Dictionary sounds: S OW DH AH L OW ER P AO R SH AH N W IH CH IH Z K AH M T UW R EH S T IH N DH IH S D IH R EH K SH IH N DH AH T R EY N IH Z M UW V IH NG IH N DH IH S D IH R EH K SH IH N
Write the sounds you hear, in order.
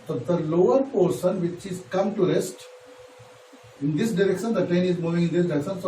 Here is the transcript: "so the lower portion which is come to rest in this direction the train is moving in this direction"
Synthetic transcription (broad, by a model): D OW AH L OW ER P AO R S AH N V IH CH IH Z K AH M T UW R EH S T IH N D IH S D IH R EH K SH IH N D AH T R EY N IH Z M UW V IH NG IH N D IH S D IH R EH K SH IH N